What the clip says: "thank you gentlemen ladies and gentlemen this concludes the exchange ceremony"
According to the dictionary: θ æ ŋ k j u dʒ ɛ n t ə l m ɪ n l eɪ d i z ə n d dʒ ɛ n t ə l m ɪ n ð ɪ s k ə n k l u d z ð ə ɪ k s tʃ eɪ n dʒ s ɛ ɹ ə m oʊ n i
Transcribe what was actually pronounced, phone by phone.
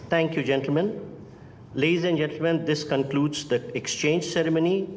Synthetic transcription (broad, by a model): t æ ŋ k j u dʒ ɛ n t l m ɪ n l eɪ d i z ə n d dʒ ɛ n t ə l m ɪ n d ɪ s k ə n k l u d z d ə ɪ k s tʃ eɪ n dʒ s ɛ ɹ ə m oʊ n i